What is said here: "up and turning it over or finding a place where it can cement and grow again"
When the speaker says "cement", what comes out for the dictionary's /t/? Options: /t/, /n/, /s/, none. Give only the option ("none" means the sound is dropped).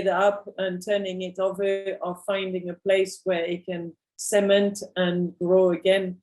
/t/